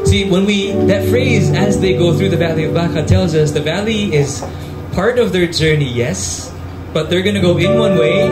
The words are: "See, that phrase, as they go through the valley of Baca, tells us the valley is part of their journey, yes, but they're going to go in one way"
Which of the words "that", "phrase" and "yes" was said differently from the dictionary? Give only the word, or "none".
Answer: none